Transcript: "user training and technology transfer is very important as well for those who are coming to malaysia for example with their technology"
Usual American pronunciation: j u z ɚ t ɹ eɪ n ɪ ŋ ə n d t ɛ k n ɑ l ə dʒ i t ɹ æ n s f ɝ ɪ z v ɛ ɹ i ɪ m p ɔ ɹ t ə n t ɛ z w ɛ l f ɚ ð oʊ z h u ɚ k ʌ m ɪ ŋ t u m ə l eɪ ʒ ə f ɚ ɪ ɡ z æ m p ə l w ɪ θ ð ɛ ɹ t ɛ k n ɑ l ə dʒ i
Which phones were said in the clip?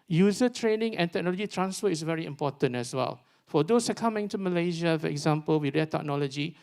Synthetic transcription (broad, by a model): j u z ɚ t ɹ eɪ n ɪ ŋ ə n t ɛ k n ɑ l ə dʒ i t ɹ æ n s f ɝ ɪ s v ɛ ɹ i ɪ m p ɔ t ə n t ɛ s w ɛ l f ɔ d oʊ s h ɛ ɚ k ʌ m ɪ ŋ t u m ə l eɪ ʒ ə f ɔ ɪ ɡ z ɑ m p ə l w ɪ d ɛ t ɛ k n ɑ l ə dʒ i